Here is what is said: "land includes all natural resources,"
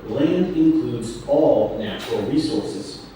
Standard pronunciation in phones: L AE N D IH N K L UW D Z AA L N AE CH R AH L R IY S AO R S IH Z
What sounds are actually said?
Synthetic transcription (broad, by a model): L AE N D IH N K L UW D Z AA L N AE CH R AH L R IY S AO R S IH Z